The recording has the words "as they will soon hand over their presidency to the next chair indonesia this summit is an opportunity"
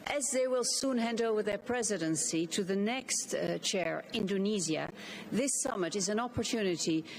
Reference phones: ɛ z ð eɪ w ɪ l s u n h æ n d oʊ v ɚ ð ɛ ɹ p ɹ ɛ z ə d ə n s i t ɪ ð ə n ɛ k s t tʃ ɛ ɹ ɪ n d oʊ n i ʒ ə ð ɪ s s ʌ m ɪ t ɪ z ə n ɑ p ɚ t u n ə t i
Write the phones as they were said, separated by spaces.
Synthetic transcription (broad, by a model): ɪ z ð eɪ w ɪ l s u n h æ n d oʊ v ɚ ð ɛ ɹ p ɹ ɛ z ə d ə n s i t ɪ ð ə n ɛ k s t tʃ ɛ ɹ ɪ n d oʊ n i z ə ð ɪ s s ʌ m ɪ t ɪ z ə n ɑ p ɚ t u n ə t i